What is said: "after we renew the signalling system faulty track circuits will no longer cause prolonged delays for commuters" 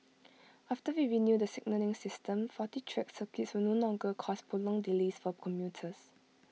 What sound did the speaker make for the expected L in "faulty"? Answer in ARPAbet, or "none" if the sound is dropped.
none